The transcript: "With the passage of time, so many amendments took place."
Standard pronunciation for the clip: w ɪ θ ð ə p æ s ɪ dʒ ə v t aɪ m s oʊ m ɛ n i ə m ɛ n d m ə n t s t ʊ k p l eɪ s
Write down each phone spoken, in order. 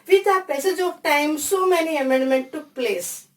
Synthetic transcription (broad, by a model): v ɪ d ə p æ s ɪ dʒ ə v t aɪ m s oʊ m ɛ n i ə m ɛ n d m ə n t t ʊ k p l eɪ s